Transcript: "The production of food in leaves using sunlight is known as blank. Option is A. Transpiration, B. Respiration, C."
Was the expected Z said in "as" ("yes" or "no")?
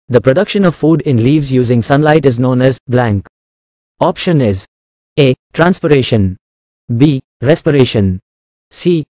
yes